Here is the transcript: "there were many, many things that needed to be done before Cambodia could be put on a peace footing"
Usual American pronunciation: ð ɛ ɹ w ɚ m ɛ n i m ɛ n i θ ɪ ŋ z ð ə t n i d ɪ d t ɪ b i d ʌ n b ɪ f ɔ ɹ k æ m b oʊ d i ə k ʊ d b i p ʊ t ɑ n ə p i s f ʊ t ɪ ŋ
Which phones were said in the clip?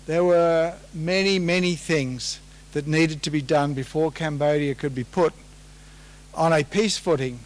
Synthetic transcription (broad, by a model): ð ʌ ɹ w ɚ m ɛ n i m ɛ n i θ ɪ ŋ z ð ə t n i d ɪ d t ɪ b i d ʌ n b ɪ f ɔ ɹ k æ m b oʊ d i ə k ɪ d b i p ʊ t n ə p i s f ʊ t ɪ ŋ